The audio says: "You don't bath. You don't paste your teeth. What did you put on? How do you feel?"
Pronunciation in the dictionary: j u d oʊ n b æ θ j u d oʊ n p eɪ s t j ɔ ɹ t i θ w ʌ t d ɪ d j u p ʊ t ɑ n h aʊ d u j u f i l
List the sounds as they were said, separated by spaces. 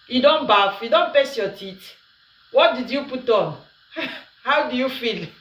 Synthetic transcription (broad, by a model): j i d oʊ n b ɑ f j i d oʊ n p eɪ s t j ɔ t i t w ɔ t d ɪ d j u p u t ɑ n h aʊ d u j u f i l